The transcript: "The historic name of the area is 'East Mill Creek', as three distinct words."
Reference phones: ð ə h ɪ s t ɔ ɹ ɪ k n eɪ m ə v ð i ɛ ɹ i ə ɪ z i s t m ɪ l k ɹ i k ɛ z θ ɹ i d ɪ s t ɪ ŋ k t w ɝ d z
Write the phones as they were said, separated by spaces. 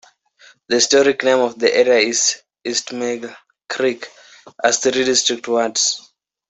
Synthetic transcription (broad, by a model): ð ə h ɪ s t ɔ ɹ ɪ k n eɪ m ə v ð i ɛ ɹ i ə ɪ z i s t m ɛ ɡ k ɹ i k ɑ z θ ɹ i d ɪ s t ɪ k t w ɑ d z